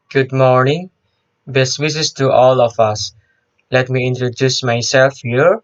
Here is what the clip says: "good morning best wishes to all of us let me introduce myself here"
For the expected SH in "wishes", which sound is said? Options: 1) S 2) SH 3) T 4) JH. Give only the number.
1